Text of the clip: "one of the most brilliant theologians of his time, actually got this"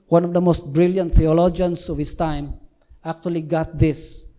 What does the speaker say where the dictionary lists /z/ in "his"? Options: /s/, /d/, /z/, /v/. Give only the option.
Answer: /s/